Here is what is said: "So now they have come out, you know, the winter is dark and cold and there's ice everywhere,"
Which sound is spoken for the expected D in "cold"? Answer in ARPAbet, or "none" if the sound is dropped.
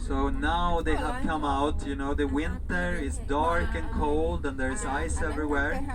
D